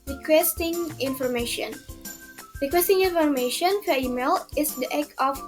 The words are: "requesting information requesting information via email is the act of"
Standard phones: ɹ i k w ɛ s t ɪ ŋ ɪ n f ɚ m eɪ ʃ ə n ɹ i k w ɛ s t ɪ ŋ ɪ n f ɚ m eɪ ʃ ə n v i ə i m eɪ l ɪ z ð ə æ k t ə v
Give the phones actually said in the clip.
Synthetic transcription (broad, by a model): ɹ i k w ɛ s t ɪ ŋ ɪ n f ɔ m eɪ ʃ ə n ɹ i k w ɛ s t ɪ ŋ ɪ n f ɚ m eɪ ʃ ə n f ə i m eɪ l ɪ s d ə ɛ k ə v